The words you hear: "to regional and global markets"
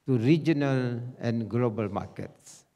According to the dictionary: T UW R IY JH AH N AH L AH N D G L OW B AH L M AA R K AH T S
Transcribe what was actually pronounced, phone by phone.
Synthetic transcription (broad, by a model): T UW R IY JH AH N AH L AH N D G L OW B AH L M AA K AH T S